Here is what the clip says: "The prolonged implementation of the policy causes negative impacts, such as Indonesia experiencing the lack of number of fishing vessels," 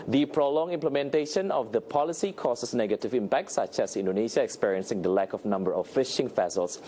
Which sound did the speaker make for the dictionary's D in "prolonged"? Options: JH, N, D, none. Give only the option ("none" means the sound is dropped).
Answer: none